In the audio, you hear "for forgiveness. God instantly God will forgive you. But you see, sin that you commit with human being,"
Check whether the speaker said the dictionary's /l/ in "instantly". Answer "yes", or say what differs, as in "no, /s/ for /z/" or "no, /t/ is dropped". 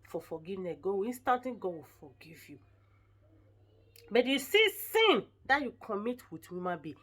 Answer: no, /l/ is dropped